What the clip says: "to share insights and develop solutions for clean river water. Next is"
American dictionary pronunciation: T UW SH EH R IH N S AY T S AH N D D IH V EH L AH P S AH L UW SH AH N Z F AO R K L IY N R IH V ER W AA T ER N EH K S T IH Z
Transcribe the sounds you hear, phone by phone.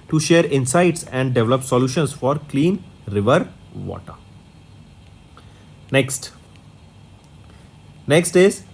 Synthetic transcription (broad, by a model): T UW SH EH R IH N S AY T S AH N D D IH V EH L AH P S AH L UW SH AH N S F AO R K L IY N R IH V ER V AA T ER N EH K S T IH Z